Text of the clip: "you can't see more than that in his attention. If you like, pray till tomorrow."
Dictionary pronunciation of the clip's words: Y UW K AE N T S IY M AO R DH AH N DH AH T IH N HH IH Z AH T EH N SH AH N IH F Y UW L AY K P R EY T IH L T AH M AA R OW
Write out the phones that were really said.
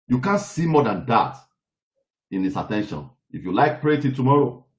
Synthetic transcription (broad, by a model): Y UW K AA N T S IY M AO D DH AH N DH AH T IH N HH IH S AH T EH N SH AH N IH F Y UW L AY K P R EY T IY T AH M AA R OW